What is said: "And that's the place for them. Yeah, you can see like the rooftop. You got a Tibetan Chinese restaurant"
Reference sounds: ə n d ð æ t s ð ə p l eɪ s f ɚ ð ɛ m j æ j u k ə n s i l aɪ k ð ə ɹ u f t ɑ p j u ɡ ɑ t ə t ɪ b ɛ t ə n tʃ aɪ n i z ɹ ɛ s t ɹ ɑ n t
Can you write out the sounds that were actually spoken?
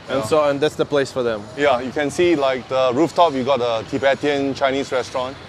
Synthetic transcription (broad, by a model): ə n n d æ t s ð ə p l eɪ s f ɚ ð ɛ m j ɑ j u k ə n s i l aɪ k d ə ɹ u f t ɑ p j u ɡ ɑ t ə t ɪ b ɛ t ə n tʃ aɪ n i s ɹ ɛ s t ɹ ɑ n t